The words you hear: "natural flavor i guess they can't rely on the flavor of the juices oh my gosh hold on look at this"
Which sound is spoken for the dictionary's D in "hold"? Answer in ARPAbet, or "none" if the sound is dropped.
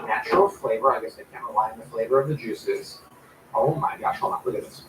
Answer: none